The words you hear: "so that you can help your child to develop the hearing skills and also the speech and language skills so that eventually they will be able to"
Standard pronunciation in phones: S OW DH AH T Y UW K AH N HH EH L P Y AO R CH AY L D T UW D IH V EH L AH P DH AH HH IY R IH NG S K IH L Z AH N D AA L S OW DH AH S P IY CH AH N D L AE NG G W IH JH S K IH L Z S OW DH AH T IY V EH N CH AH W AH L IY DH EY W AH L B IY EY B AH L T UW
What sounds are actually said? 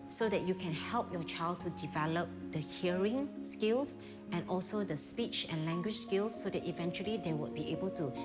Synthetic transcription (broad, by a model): S OW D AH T Y UW K AH N HH EH L P Y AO CH AY L D T UW D IH V EH L AH P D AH HH IY R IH NG S K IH L S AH N AA L S OW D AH S P IY CH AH N L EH NG G W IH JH S K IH L S OW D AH T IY V EH N CH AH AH L IY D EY W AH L B IY EY B AH L T UW